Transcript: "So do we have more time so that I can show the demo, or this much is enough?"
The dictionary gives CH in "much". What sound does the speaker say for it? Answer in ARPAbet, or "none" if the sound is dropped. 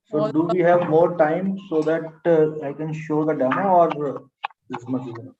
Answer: S